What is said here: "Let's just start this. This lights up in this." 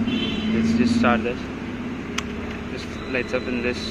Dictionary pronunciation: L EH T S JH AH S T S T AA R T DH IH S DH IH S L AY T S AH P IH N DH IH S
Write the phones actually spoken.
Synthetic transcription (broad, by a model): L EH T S JH AH S T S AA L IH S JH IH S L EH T AH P IH N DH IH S